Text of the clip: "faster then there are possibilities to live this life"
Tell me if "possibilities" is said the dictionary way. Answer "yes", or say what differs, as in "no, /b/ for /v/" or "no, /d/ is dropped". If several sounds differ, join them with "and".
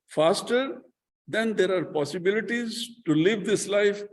yes